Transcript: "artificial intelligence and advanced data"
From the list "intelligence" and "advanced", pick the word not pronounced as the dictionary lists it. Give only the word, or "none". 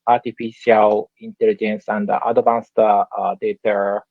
advanced